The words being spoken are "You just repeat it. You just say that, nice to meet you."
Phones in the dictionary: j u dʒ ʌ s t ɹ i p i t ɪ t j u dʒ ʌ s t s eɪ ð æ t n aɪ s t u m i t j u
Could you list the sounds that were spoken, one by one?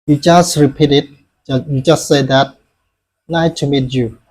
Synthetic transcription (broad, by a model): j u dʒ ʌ s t ɹ i p i t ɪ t j u dʒ ʌ s t s eɪ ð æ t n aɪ t u m i t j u